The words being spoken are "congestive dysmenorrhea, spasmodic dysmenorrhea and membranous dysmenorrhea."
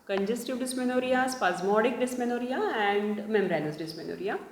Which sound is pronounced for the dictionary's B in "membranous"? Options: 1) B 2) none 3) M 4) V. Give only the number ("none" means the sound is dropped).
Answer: 2